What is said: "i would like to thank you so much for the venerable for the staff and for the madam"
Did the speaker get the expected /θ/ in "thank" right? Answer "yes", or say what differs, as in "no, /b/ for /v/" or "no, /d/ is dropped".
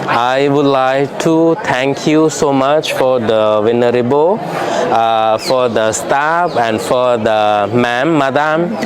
no, /t/ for /θ/